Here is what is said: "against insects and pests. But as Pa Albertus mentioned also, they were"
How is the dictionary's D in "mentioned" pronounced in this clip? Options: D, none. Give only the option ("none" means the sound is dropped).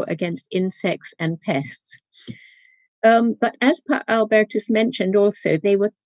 D